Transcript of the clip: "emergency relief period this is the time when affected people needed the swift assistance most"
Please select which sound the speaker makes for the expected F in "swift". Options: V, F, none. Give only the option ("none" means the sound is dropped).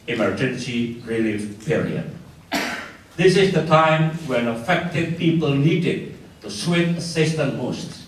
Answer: none